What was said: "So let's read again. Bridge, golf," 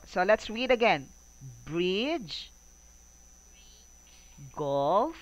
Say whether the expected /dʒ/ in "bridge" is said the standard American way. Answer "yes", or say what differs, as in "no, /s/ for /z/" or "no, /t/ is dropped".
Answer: yes